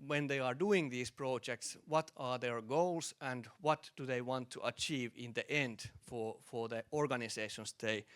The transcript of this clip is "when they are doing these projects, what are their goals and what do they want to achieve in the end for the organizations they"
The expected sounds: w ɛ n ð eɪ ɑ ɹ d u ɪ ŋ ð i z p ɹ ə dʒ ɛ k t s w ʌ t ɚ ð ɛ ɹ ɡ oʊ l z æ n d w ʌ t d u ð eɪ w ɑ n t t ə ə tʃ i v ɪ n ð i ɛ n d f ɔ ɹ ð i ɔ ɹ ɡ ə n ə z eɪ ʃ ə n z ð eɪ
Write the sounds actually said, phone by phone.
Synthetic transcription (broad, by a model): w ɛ n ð eɪ ɑ ɹ d u ɪ ŋ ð i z p ɹ ə dʒ ɛ k t s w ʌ t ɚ ð ɛ ɹ ɡ oʊ l s æ n d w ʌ t d u ð eɪ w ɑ n t t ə ə tʃ i v ɪ n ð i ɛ n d f ɔ ɹ ð i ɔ ɹ ɡ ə n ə s eɪ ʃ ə n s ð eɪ